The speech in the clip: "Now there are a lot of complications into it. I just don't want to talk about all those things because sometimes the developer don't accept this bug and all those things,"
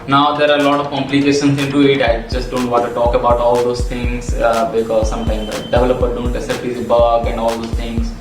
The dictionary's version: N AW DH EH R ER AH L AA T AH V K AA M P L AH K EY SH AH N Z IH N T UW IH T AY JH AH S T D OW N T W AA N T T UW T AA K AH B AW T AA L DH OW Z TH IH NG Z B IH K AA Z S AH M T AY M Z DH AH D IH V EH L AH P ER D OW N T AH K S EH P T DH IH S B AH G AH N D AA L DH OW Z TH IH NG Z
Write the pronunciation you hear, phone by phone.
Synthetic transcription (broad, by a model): N AW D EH R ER AH L AA T AH V K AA M P L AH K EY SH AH N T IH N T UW IH T AY JH AH S T D OW N T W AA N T T UW T AA K AH B AW T AA L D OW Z T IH NG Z B IH K AA Z S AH M T AY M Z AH D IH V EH L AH P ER D OW N T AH S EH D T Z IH B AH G AH N D AA L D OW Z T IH NG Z